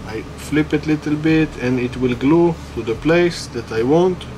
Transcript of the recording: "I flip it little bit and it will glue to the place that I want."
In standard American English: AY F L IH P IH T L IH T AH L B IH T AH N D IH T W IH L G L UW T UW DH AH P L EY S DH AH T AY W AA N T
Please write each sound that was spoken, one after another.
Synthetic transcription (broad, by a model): AY F L IH P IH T L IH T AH L B IH T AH N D IH T W IH L G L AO T UW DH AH P L EY S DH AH T AY W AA N T